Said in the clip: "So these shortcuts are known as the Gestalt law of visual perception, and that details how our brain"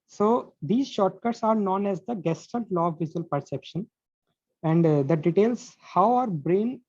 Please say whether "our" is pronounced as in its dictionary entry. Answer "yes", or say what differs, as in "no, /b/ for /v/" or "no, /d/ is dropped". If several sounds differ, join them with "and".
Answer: yes